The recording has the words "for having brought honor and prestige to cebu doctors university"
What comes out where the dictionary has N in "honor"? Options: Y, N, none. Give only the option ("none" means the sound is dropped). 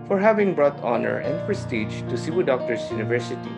N